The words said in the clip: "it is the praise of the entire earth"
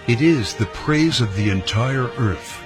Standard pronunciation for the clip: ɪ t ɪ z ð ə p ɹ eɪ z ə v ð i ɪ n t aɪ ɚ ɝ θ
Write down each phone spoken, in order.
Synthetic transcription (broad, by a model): ɪ t ɪ z ð ə p ɹ eɪ z ə v ð i ɪ n t aɪ ɚ ɝ θ